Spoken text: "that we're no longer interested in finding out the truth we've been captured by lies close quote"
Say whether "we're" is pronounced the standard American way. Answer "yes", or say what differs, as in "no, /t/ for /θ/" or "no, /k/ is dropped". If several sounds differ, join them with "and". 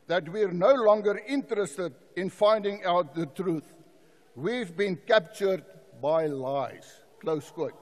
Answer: yes